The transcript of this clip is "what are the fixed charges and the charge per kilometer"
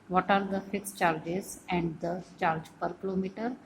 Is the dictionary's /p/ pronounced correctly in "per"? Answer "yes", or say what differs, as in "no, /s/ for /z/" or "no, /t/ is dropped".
yes